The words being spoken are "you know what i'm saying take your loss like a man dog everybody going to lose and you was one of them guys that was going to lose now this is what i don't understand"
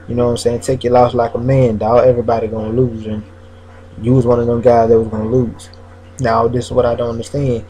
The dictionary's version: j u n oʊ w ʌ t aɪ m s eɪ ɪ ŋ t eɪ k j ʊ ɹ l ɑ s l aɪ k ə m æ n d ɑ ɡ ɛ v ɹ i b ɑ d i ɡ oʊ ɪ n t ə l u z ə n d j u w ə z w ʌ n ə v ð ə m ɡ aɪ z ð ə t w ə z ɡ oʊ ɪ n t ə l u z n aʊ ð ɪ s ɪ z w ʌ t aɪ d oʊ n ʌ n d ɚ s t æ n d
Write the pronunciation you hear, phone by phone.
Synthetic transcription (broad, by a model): j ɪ n oʊ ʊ aɪ m s eɪ ɪ ŋ t eɪ k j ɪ l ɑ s l aɪ k ə m æ n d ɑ ɛ v ɹ i b ɑ d i ɡ oʊ ɪ n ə l u z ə n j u w ə z w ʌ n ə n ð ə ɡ aɪ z ð ə t w ə z ɡ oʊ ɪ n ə l u z n aʊ ð ɪ s ɪ z w ʌ t aɪ d oʊ n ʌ n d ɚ s t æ n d